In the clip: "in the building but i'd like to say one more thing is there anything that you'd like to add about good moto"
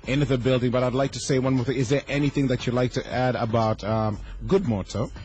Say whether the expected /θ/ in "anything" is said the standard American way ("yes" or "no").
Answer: yes